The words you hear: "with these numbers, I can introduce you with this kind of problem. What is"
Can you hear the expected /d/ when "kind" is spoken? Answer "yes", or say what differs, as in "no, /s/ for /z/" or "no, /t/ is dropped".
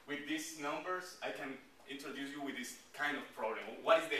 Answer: yes